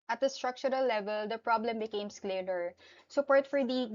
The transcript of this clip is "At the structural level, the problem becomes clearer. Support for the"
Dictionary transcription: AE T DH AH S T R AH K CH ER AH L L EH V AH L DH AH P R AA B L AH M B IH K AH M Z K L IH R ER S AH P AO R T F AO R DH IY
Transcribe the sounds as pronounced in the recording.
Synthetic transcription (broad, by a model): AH T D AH S T R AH K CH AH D L EH V AH L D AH P R AA B L AH M B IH K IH M S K L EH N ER S AH P AO R T F AO R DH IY